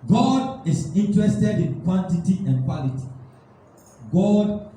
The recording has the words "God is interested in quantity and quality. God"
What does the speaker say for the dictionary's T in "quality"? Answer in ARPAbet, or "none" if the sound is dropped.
T